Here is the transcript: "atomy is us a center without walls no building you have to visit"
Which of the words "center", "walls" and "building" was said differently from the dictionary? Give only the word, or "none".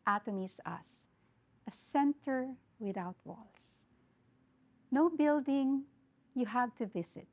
walls